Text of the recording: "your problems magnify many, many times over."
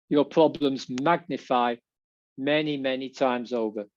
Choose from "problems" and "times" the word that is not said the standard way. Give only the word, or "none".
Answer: none